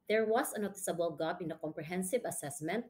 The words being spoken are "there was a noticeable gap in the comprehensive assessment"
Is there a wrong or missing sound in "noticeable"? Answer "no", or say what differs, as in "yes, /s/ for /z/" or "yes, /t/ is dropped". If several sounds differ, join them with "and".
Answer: no